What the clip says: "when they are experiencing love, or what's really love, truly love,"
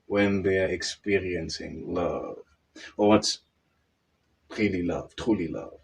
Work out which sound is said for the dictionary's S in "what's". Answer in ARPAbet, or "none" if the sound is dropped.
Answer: S